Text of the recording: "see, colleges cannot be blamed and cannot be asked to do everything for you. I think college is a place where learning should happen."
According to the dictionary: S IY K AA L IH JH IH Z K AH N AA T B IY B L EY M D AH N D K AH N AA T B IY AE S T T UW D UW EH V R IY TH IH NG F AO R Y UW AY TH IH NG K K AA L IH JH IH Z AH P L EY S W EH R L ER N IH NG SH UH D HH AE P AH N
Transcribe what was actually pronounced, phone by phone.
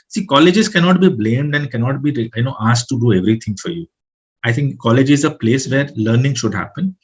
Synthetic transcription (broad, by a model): S IY K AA L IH JH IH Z K AH N AA T B IY B L EY M D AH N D K AH N AA T B IY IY S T T UW D UW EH V R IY T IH NG F AO R Y UW AY T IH NG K K AA L IH JH IH Z AH P L EY S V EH R L ER N IH NG SH UH D HH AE P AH N